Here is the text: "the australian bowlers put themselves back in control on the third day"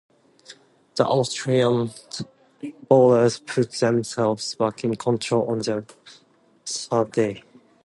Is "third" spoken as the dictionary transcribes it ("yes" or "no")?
no